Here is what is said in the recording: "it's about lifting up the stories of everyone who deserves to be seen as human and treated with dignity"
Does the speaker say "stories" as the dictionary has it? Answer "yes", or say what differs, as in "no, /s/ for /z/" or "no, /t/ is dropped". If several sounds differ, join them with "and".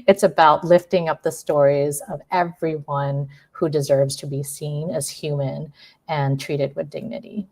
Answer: yes